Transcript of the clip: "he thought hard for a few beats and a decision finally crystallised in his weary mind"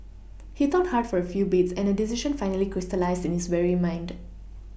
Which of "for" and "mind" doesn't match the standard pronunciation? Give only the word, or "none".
none